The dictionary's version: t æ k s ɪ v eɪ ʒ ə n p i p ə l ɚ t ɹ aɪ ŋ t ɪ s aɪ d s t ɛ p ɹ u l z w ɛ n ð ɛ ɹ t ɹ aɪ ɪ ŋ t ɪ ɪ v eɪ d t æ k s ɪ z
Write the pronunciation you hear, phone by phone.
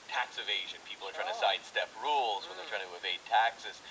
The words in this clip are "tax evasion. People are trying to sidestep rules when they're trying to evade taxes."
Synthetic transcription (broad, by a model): t æ k s ɪ v eɪ ʒ ə n p i p l ɚ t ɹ aɪ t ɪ s aɪ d s t ɛ p ɹ u l z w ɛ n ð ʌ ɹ t ɹ aɪ ɪ ŋ t ɪ ɪ v eɪ d t æ k s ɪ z